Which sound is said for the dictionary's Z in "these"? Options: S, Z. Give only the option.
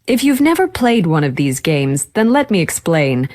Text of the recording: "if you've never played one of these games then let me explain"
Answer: Z